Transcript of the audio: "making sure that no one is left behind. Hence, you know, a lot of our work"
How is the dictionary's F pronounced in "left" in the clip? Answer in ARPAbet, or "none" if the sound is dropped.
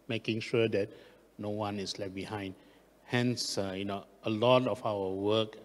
none